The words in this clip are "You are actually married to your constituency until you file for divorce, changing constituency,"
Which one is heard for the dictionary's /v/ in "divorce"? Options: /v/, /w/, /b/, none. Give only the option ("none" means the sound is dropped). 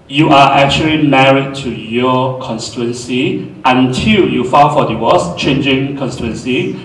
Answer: /w/